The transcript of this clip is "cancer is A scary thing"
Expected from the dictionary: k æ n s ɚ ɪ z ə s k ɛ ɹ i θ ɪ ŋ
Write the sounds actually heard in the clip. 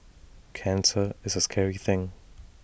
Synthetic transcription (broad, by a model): k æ n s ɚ ɪ z ə s k ɛ ɹ i θ ɪ ŋ